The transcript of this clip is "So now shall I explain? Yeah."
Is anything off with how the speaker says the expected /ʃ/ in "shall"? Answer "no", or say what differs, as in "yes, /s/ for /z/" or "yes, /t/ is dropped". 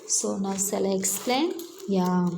yes, /s/ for /ʃ/